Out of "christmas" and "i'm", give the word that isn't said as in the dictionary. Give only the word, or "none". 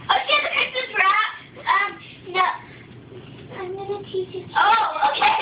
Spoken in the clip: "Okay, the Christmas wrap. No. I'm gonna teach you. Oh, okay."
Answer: christmas